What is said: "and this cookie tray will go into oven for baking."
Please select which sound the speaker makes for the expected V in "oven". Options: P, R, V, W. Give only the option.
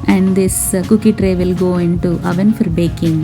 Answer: V